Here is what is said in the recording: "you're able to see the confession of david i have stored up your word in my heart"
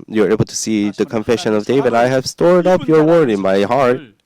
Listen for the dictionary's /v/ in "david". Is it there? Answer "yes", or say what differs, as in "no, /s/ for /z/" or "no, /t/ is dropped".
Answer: yes